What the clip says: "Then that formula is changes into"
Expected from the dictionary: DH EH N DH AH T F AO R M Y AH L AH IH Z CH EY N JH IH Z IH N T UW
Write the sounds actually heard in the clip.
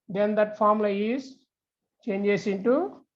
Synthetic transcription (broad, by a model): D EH N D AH T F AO R M L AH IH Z CH EY N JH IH S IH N T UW